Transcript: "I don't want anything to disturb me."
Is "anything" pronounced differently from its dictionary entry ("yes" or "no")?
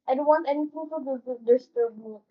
yes